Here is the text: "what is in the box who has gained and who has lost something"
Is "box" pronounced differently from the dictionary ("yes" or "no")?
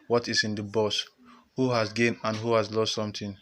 yes